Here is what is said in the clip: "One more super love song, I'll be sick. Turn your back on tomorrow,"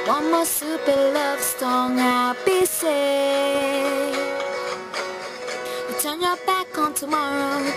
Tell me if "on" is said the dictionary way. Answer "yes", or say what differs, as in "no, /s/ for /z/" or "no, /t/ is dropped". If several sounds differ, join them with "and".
yes